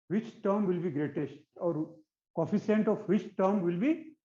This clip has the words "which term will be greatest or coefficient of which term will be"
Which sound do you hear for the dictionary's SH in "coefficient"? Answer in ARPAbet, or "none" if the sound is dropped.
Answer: S